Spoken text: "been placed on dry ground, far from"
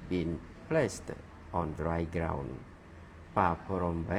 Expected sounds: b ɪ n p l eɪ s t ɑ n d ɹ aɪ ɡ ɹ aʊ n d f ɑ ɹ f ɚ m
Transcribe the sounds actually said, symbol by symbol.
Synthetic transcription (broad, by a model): b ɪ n p l eɪ s t ɑ n d ɹ aɪ ɡ ɹ aʊ n d p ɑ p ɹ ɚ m